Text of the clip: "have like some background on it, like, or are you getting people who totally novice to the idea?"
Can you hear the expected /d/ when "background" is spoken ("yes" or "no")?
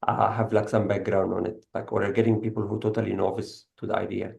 yes